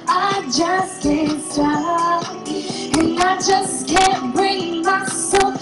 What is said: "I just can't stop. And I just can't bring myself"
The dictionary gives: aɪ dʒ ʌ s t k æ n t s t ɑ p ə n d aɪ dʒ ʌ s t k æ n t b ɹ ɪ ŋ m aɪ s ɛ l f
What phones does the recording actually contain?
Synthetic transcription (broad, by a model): aɪ dʒ ʌ s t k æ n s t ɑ ə n aɪ dʒ ʌ s k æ n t b ɹ ɪ ŋ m aɪ s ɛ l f